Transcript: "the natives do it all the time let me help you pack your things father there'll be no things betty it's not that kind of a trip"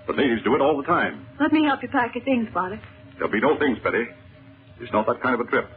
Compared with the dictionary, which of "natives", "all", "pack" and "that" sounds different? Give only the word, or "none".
none